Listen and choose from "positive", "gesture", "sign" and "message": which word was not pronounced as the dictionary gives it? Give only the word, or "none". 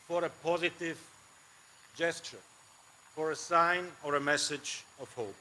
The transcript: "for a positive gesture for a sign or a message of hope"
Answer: none